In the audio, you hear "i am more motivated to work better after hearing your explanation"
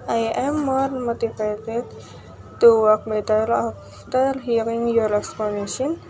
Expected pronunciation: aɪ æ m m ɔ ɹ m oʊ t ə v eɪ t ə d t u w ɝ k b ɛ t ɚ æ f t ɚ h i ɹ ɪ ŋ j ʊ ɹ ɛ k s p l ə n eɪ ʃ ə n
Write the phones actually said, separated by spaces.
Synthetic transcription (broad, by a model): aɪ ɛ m m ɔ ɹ m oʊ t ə p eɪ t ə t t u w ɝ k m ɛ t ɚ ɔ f t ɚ h i ɹ ɪ ŋ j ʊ ɹ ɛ k s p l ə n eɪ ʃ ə n